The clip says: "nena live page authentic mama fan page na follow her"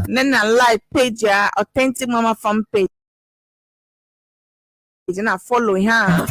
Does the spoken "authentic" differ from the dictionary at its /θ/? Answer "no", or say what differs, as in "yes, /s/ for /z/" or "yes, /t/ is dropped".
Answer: yes, /t/ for /θ/